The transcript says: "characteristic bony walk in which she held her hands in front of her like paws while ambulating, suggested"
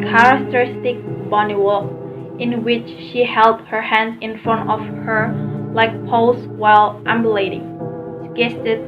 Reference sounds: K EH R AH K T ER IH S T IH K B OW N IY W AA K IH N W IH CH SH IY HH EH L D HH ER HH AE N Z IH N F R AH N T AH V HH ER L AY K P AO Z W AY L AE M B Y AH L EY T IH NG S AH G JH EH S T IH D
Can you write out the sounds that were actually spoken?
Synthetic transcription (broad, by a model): K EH R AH K T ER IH S T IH K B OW N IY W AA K IH N W IH CH SH IY HH EH L D HH ER HH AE N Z IH N F R AH N T AH V HH ER L AY K P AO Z W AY L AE M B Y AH L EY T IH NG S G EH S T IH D